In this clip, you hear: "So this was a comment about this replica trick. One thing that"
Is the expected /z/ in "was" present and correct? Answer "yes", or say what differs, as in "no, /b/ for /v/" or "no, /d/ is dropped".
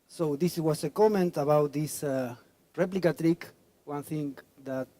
no, /s/ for /z/